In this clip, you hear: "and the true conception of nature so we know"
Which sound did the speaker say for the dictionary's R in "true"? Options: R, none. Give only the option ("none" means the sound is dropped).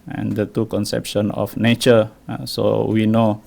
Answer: none